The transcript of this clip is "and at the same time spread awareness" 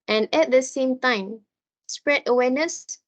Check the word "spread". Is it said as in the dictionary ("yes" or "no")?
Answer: yes